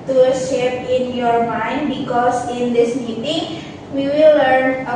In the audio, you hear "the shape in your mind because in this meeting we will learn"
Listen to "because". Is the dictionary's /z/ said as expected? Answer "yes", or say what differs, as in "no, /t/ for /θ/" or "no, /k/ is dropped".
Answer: no, /s/ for /z/